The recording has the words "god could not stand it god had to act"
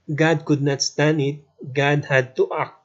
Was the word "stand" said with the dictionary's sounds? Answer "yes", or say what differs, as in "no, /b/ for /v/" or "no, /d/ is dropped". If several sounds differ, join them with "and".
no, /d/ is dropped